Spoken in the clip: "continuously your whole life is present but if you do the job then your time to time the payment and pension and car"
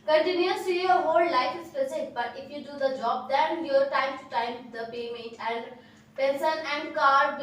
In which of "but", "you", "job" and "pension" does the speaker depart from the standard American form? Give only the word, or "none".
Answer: pension